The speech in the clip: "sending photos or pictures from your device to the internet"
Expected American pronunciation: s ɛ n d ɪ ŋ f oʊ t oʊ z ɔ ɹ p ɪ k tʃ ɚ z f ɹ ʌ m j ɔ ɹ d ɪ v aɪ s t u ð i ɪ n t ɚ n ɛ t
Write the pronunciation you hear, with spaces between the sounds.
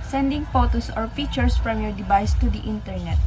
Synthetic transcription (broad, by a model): s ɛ n d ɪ ŋ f oʊ t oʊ s ɔ ɹ f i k tʃ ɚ s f ɹ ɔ m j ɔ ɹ d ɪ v aɪ s t u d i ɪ n t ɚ n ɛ t